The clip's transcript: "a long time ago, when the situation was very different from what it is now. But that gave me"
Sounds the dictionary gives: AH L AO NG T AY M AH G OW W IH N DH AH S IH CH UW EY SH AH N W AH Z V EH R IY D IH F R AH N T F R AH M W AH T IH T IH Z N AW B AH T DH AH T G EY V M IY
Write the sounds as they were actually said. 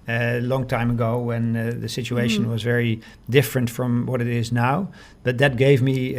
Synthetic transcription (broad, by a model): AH L AO NG T AY M AH G OW W IH N DH AH S IH CH UW EY SH AH N W AH Z V EH R IY D IH F R AH N T F R AH M W AH T IH T IH Z N AW B AH T DH AH T G EY V M IY